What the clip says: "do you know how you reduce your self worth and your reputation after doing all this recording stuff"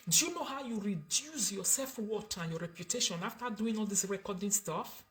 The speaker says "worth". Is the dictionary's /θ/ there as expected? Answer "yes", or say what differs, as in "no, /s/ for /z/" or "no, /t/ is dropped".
no, /t/ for /θ/